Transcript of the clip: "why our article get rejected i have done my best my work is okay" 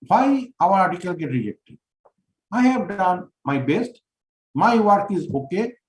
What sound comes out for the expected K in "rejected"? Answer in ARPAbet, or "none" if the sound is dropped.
K